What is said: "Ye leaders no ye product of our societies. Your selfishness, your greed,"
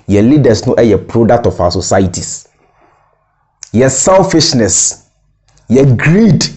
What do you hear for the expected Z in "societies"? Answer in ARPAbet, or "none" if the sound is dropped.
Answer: S